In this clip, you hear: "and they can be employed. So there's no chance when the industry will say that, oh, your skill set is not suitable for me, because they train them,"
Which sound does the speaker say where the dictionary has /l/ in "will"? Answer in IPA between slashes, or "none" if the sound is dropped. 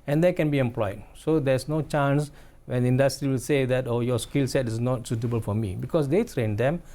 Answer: /l/